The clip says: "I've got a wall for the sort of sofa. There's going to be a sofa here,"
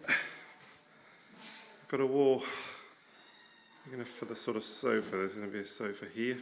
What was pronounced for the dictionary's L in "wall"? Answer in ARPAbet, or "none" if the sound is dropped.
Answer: N